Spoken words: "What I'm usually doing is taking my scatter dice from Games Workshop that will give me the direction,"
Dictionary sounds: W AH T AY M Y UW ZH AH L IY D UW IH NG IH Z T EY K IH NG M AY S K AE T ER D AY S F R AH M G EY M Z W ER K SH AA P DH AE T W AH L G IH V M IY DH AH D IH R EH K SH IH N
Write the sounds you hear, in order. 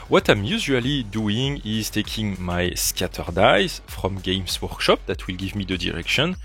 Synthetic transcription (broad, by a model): W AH T AY M Y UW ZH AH L IY D UW IH NG IH Z T EY K IH NG M AY S K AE T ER D AY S F R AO M G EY M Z W ER K SH AA P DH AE T W AH L G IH V M IY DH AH D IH R EH K SH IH N